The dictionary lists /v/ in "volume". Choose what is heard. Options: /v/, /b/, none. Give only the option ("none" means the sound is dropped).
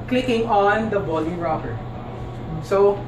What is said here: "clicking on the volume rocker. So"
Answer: /b/